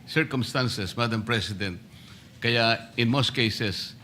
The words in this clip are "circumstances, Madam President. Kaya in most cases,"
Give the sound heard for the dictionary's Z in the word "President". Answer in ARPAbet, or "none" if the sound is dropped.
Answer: S